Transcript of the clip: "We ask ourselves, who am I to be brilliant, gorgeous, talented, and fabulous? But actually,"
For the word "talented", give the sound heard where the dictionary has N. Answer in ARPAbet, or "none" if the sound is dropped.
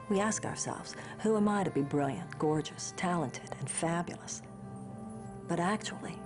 N